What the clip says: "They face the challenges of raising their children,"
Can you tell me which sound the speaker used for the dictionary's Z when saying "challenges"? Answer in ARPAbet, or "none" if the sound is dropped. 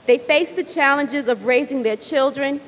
Z